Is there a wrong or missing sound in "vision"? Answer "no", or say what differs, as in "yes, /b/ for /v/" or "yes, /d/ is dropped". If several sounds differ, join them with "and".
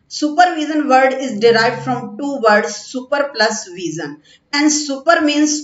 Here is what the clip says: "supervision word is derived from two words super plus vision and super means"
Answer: yes, /z/ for /ʒ/